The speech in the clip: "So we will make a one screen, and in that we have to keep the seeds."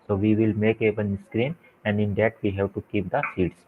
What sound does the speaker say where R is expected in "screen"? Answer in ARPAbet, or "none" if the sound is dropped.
R